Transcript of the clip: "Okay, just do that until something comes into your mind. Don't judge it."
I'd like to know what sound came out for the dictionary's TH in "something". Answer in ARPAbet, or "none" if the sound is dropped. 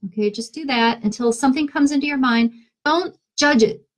TH